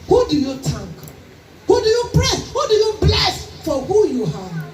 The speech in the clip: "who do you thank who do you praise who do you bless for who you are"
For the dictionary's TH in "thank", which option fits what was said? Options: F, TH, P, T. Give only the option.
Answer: T